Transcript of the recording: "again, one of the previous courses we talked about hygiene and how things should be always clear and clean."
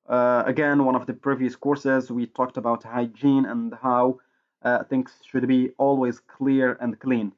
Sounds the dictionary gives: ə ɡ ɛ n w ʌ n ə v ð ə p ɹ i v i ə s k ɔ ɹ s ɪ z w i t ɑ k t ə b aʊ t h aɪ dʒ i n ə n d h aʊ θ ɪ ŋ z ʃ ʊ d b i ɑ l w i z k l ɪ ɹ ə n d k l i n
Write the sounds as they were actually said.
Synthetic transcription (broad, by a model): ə ɡ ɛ n w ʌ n ə v ð ə p ɹ i v i ə s k ɔ ɹ s ɪ z w i t ɑ k t ə b aʊ t h aɪ dʒ i n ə n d h aʊ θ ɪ ŋ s ʃ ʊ d b i ɑ l w i z k l ɪ ɹ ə n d k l i n